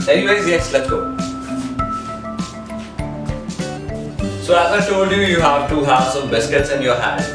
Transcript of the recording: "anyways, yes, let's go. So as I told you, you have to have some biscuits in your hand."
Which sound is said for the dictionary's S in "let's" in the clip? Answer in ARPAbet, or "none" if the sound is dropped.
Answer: none